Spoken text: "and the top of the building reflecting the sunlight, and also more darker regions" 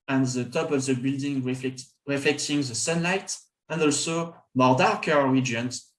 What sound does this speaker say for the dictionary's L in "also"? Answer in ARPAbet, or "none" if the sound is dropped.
L